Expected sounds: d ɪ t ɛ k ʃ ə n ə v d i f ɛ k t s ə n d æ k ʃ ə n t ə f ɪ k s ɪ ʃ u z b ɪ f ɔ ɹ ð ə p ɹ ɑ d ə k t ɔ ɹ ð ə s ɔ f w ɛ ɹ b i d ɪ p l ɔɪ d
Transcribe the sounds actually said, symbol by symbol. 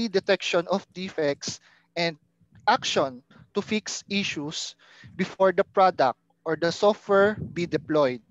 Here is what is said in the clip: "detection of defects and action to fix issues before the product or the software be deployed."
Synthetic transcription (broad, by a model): d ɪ t ɛ k ʃ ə n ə f d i f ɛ k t s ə n d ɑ k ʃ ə n t ə f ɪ k s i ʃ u s b ɪ f ɔ ɹ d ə p ɹ ɑ d ə k t ɔ ɹ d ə s ɔ f w ɛ ɹ b i d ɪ p l ɔɪ d